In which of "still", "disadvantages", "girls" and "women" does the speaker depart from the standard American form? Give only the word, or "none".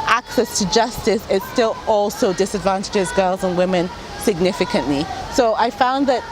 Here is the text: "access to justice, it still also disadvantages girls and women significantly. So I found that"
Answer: none